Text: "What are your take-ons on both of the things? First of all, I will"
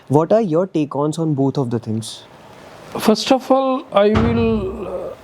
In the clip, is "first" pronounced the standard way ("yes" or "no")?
yes